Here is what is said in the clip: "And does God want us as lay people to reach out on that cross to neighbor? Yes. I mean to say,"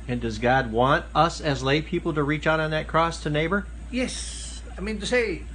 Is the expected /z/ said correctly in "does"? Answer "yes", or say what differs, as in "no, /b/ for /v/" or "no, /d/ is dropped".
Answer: yes